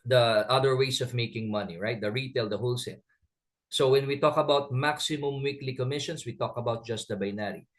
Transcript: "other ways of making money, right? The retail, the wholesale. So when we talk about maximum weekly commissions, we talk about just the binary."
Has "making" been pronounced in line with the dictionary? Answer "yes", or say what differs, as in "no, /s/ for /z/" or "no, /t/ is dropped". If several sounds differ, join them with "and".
yes